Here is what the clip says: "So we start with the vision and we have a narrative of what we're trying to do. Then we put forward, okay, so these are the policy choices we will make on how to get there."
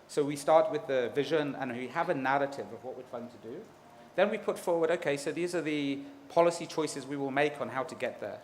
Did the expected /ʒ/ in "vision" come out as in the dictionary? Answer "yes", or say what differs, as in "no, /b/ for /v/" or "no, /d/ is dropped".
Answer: yes